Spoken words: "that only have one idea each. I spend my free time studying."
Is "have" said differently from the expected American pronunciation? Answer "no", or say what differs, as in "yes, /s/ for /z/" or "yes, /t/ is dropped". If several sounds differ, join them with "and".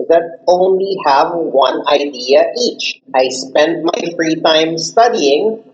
no